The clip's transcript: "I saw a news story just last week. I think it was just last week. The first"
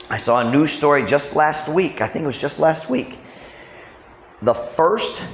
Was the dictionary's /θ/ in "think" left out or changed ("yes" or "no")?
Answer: no